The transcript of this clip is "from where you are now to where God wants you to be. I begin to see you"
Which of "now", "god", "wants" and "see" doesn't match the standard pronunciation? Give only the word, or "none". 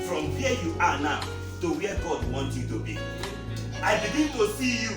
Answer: wants